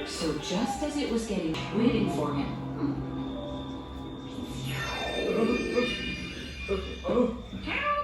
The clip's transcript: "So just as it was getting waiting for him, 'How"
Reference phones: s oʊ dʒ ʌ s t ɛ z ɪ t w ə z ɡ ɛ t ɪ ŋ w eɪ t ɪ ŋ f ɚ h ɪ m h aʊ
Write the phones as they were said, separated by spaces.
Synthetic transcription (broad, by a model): s oʊ dʒ ʌ s t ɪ z ɪ t w ə z ɡ ɛ t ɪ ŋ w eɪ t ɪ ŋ f ɚ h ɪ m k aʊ